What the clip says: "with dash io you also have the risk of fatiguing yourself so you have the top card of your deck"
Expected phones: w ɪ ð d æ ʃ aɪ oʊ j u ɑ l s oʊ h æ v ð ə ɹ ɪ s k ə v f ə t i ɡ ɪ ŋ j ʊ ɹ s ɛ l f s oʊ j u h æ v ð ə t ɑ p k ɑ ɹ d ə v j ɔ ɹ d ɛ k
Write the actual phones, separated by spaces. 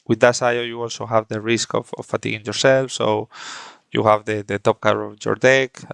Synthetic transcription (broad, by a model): w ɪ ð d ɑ s aɪ oʊ j u ɑ l s oʊ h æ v ð ə ɹ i s k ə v f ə t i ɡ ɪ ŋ j ʊ ɹ s ɛ l f s oʊ j u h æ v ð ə t ɑ p k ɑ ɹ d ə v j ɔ ɹ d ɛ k